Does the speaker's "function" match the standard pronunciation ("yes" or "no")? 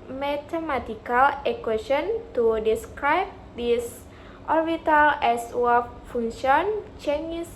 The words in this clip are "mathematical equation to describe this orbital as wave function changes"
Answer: no